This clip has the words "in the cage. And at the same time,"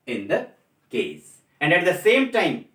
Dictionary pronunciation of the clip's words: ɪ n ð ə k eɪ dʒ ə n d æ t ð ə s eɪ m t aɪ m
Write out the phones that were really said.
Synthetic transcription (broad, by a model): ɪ n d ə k eɪ z ə n d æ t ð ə s eɪ m t aɪ m